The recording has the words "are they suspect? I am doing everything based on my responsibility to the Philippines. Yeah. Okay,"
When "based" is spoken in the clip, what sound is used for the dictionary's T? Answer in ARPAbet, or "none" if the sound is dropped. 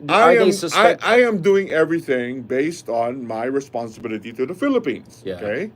T